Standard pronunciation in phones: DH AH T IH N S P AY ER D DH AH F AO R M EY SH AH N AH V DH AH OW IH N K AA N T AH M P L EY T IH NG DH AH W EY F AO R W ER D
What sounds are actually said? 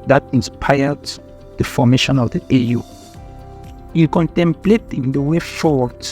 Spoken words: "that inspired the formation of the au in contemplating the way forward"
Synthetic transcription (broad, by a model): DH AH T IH N S P AY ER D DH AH F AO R M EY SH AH N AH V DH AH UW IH L K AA N T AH M P L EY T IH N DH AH W EY F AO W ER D